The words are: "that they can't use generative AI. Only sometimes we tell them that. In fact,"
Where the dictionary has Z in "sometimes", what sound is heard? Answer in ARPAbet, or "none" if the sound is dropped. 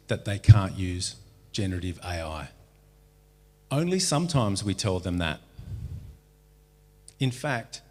Z